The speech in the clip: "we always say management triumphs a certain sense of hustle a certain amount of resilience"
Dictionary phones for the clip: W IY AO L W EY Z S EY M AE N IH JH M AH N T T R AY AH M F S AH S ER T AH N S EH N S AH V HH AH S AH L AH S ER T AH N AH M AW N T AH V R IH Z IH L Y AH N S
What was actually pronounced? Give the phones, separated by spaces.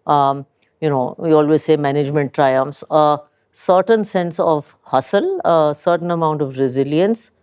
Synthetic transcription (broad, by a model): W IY AO L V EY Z S EY M AE N IH JH M AH N T T R AY AH M F S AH S ER T AH N S EH N S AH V HH AH S AH L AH S ER T AH N AH M AW N T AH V R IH Z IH L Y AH N S